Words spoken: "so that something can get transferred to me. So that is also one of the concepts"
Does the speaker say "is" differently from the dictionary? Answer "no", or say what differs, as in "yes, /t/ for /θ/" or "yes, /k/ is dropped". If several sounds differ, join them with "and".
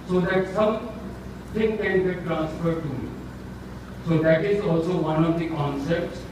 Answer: no